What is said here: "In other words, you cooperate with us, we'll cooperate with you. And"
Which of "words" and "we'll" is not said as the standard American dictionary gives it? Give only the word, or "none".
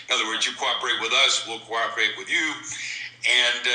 none